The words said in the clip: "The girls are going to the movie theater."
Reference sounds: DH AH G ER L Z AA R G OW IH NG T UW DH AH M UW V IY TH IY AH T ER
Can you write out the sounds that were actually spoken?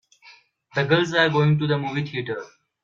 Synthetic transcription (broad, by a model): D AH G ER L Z AA R G OW IH NG T UW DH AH M UW V IY T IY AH T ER